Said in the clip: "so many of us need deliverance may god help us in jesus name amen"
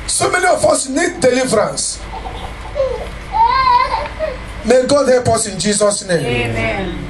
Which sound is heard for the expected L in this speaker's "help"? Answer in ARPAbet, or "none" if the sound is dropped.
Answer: none